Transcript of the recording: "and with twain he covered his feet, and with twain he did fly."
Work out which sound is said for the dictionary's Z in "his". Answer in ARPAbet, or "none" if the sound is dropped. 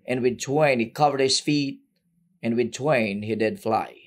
S